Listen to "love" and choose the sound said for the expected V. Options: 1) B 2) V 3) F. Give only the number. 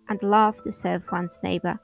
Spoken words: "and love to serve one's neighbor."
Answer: 3